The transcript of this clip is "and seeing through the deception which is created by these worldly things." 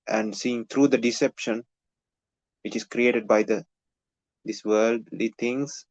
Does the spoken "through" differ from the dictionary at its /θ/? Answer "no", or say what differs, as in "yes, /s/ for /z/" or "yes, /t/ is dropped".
yes, /t/ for /θ/